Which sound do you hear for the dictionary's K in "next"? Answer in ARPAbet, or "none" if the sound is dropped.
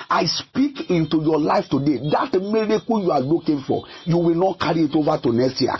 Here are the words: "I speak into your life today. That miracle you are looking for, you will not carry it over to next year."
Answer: none